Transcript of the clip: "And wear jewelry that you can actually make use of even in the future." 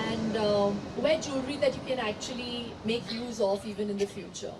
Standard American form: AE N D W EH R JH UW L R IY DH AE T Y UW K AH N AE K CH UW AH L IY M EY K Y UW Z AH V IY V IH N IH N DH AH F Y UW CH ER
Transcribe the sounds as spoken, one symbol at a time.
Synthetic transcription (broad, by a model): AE N D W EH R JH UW R IY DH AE T Y UW K AH N AE K CH UW AH L IY M EY K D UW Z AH F IY V IH N IH N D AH F Y UW CH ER